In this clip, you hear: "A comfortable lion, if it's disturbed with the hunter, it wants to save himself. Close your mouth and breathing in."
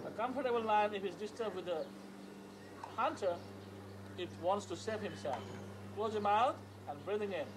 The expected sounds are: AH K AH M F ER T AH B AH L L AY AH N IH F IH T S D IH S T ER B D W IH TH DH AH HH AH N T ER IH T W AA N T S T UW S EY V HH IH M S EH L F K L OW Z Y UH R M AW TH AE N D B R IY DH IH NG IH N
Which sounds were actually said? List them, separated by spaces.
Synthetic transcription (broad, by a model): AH K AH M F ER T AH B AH L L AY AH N IH F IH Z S D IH S T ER B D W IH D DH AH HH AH N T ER IH T W AA N T S T UW S EY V HH IH M S EH L F K L OW Z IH M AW T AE N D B R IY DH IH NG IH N